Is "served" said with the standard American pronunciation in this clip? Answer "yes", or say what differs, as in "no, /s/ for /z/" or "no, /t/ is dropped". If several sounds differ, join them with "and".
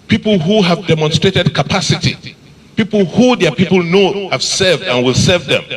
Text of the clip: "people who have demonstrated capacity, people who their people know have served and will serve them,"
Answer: yes